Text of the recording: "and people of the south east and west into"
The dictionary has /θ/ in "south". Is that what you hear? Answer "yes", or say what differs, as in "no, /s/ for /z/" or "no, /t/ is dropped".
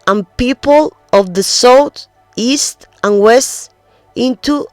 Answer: no, /t/ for /θ/